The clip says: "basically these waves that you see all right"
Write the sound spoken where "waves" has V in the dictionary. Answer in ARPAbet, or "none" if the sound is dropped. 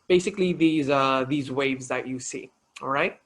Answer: V